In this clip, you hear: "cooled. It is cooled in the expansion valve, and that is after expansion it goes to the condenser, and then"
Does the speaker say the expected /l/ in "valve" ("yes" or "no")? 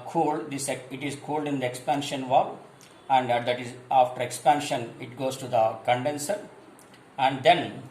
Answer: no